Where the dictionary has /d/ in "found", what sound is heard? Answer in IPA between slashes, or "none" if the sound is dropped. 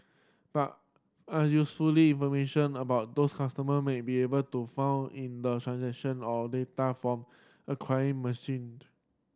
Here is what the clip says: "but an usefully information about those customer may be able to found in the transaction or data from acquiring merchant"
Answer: none